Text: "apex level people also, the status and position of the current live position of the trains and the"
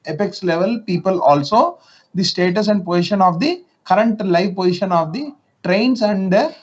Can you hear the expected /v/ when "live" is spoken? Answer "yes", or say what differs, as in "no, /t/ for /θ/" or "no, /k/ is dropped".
yes